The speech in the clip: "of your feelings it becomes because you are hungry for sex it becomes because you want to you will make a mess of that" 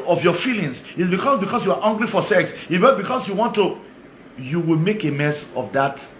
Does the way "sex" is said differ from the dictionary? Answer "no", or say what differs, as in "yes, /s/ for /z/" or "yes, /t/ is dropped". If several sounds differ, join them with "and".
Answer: no